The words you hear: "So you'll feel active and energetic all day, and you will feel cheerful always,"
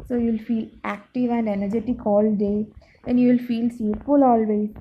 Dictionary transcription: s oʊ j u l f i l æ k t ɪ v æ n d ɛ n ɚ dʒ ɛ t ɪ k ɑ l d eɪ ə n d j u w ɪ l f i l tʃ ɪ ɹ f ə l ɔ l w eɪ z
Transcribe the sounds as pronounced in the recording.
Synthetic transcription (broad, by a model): s oʊ j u l f i l æ k t ɪ v æ n d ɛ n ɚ dʒ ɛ t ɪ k ɑ l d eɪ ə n j u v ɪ l f i l s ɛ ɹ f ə l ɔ l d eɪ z